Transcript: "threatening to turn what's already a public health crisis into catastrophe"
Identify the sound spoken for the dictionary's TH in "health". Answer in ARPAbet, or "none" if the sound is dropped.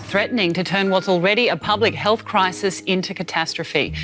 TH